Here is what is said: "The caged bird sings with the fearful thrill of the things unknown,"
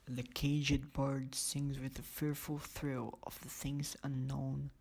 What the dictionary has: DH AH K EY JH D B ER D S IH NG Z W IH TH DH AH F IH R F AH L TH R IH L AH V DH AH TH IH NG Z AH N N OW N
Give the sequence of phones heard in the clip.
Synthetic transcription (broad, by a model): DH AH K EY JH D B ER D S IH NG Z W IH DH AH F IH R F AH L TH R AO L AH V DH AH TH IH NG Z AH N N OW N